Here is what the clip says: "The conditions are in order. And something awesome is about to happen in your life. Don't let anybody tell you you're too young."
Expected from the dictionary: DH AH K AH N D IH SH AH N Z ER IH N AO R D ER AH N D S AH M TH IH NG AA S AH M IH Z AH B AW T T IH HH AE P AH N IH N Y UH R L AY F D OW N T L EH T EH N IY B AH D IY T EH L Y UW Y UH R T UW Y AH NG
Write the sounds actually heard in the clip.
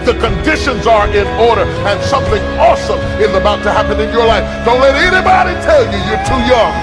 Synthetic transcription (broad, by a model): DH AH K AH N D IH SH AH N Z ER IH N AO R D ER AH N S AH M TH IH NG AA S AH M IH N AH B AW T T IH HH AE P AH N IH N Y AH R L AY F D OW N T L EH T EH N IY B AH D IY T EH L Y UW Y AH R T UW Y AH NG